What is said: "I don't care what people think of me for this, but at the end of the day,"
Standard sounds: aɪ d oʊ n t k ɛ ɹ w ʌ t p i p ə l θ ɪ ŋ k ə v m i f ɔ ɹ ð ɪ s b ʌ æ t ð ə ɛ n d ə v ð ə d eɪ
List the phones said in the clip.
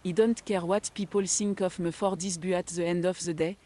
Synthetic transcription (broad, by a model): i d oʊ n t k ɛ ɹ w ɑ t p i p ə l s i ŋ k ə f m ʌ f ɔ ɹ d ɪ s b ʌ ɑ t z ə ɛ n d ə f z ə d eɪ